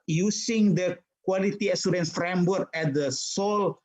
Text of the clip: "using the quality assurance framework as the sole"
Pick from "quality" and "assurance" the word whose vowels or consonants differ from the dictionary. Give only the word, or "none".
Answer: assurance